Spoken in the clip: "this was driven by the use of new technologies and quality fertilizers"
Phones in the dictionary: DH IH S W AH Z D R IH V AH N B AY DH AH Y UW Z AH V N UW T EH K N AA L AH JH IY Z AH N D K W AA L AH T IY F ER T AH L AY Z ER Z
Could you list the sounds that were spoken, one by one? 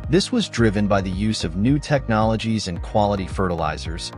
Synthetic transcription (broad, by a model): DH IH S W AH Z D R IH V AH N B AY DH AH Y UW Z AH V N UW T EH K N AA L AH JH IY Z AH N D K W AA L AH T IY F ER T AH L AY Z ER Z